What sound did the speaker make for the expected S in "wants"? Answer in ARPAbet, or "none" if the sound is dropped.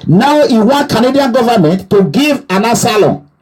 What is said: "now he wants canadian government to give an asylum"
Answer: none